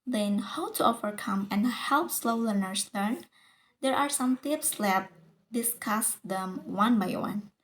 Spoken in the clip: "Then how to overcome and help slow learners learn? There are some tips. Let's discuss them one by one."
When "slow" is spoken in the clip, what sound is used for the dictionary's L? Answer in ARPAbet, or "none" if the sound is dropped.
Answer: L